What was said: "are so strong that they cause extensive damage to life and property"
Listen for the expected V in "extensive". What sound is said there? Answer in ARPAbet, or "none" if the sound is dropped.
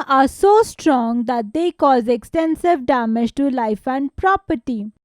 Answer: V